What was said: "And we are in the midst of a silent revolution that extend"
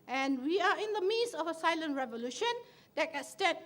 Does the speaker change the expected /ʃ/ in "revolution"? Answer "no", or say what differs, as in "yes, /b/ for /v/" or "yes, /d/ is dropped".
no